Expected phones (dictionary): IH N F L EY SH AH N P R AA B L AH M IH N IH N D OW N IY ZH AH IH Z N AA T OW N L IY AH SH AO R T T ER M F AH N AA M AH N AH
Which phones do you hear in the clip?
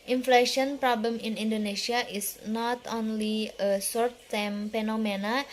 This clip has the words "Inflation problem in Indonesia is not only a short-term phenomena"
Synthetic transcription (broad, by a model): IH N F L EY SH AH N P R AA B L AH M IH N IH N D OW N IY S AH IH S N AA T OW N L IY AH S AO R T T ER M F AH N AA M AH N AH